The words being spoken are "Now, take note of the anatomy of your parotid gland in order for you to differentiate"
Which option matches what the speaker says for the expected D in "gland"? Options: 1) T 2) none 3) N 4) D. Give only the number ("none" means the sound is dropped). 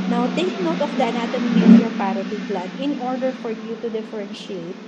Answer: 2